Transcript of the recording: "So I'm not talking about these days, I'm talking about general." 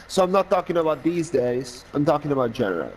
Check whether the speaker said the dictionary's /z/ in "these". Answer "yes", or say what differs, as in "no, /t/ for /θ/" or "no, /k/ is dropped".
yes